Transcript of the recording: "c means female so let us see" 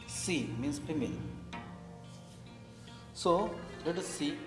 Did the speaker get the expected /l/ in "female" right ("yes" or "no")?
no